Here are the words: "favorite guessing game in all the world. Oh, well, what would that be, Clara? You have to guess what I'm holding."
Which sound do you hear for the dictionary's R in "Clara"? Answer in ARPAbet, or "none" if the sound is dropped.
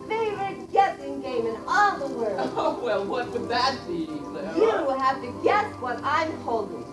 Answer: W